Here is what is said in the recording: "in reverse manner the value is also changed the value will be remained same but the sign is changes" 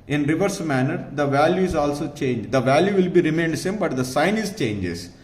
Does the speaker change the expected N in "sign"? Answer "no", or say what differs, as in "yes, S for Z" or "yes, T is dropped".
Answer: no